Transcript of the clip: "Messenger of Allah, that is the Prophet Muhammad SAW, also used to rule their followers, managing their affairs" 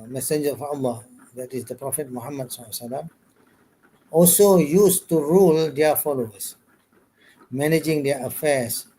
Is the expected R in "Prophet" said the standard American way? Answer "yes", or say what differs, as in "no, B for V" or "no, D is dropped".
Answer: yes